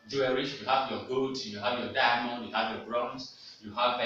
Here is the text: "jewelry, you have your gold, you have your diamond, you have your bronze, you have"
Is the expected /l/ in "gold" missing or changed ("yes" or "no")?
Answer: yes